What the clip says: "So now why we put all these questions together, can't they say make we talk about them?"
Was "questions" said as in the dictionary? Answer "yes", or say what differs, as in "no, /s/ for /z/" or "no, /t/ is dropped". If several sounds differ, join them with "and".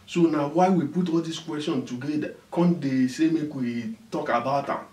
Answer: no, /z/ is dropped